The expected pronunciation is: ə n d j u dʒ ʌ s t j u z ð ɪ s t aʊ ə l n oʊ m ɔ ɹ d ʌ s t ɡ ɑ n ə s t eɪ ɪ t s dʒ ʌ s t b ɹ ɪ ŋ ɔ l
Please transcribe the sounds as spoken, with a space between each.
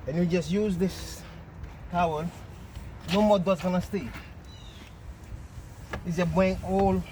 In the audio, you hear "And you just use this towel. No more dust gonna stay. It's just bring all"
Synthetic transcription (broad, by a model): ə n j u dʒ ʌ s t j u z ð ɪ s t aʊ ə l n oʊ m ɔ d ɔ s ɡ ɑ n ə s t eɪ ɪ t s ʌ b ɛ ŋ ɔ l